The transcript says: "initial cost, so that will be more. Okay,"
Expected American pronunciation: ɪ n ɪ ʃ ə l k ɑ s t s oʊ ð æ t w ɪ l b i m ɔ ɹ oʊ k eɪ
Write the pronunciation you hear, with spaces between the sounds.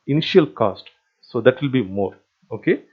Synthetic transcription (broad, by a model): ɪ n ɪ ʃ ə l k ɑ s t s oʊ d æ t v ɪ l b i m ɔ ɹ oʊ k eɪ